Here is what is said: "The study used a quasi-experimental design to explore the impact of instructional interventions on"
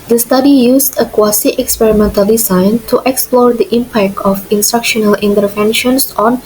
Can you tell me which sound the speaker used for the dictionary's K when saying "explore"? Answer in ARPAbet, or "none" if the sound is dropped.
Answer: K